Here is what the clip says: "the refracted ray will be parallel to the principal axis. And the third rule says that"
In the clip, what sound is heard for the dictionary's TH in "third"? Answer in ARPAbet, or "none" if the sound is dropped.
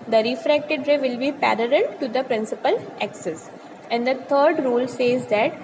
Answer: T